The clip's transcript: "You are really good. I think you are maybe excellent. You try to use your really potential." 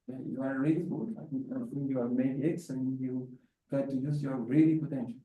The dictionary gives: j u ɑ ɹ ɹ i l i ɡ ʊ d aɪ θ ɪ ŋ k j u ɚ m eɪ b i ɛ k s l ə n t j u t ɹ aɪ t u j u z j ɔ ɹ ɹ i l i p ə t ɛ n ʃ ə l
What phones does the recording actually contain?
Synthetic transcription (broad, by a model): j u ɑ ɹ ɹ i l i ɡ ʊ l aɪ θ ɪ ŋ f j u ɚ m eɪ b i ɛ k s ə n j u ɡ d t u j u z j ɔ ɹ ɹ i l i p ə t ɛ n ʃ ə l